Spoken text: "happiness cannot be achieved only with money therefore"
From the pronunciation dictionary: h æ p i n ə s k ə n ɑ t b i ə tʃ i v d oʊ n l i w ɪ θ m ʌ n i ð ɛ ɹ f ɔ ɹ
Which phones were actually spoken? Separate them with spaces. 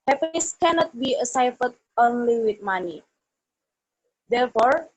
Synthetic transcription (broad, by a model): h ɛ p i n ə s k ə n ɑ t b i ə s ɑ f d oʊ n l i w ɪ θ m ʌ n i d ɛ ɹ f ɔ ɹ